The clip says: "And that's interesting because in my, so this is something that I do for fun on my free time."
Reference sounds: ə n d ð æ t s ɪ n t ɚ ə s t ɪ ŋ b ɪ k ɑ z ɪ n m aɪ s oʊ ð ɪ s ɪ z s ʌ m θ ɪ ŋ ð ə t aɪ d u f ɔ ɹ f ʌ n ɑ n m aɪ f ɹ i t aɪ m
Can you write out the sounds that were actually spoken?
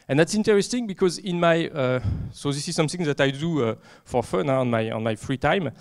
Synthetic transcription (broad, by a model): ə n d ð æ t s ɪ n t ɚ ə s t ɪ ŋ b ɪ k ɑ z ɪ n m aɪ s oʊ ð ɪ s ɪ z s ʌ m θ ɪ ŋ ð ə t aɪ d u f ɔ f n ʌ n ɑ n m aɪ f ɹ i t aɪ m